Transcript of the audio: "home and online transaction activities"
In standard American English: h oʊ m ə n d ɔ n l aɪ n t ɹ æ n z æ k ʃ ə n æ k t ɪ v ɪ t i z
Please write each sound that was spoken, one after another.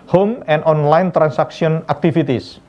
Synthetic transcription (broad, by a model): h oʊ m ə n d ɔ n l aɪ n t ɹ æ n s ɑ k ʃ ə n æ k t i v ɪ t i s